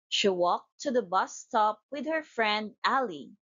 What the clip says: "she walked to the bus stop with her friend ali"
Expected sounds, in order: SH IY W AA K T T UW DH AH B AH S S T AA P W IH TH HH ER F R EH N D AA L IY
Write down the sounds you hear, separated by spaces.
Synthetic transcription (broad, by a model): SH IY W AA K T T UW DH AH B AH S S T AA P W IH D HH ER F R EH N D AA L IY